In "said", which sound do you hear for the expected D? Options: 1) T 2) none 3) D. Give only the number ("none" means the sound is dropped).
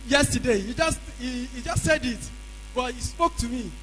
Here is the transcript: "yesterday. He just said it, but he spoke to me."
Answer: 3